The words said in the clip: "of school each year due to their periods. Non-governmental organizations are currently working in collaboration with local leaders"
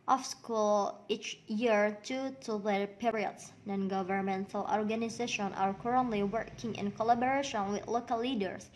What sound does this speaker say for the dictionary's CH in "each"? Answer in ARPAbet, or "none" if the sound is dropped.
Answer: CH